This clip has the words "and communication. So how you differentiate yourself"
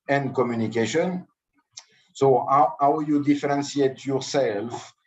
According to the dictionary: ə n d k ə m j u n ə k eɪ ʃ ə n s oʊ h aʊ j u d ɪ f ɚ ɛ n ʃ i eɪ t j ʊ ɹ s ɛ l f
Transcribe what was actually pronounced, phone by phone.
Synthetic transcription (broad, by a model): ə n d k ə m j u n ə k eɪ ʃ ə n s oʊ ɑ aʊ j u d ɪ f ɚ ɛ n s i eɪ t j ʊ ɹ s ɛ l f